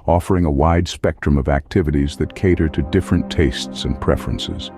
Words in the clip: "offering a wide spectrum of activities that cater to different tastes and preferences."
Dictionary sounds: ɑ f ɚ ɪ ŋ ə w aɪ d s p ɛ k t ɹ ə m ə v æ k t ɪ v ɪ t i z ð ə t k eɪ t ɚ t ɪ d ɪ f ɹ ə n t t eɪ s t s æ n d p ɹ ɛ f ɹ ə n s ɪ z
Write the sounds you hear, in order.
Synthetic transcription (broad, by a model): ɑ f ɚ ɪ ŋ ə w aɪ d s p ɛ k t ɹ ə m ə v æ k t ɪ v ɪ t i z ð ə t k eɪ t ɚ t ɪ d ɪ f ɹ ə n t t eɪ s t s n p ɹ ɛ f ɹ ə n s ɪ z